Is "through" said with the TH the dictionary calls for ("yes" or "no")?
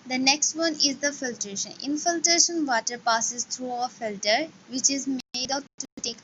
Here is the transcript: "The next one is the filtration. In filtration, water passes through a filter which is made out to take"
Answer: no